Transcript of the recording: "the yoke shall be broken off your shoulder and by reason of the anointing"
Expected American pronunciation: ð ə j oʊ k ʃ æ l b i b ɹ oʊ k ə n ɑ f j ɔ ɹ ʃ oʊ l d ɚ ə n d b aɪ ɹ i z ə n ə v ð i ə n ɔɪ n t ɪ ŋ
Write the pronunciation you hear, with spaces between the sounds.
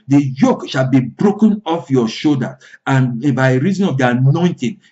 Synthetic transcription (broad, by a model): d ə j oʊ k ʃ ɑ l b i b ɹ oʊ k ə n ɑ f j ɔ ʃ oʊ d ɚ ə n b aɪ ɹ i z ə n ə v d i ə n ɔɪ n t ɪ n